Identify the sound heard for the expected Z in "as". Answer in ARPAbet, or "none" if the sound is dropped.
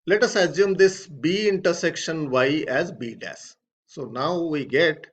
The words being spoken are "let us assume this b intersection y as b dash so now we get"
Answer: Z